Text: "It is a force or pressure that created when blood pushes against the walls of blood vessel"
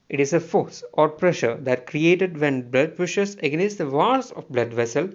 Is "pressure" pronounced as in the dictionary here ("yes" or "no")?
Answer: yes